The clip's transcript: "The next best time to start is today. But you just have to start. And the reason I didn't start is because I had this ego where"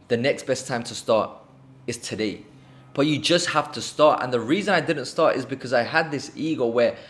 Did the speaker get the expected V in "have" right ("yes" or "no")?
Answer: no